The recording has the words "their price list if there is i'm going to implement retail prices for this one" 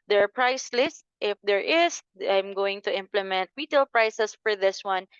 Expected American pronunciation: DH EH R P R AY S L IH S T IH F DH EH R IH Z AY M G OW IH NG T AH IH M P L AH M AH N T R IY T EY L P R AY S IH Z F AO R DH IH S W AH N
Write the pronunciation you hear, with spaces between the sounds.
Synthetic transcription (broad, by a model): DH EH R P R AY S L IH S T IH F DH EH R IH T AY M G OW IH NG T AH IH M P L AH M AH N T W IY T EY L P R AY S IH S F AO R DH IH S W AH N